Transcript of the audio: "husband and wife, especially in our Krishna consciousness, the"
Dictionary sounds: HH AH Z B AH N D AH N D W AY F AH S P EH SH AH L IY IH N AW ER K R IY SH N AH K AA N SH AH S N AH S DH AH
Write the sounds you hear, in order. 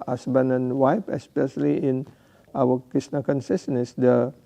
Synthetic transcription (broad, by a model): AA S B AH N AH N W AY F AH S P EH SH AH L IY IH N AW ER K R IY S N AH K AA N S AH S N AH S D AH